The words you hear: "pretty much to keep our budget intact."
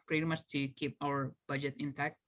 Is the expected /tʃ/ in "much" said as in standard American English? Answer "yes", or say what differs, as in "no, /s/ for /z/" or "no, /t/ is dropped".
no, /s/ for /tʃ/